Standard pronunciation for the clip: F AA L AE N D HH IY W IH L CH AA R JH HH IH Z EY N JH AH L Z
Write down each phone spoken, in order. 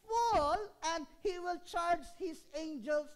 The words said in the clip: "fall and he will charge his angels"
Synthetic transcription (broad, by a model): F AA L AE N D HH IY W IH L CH AA R JH HH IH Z EY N JH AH L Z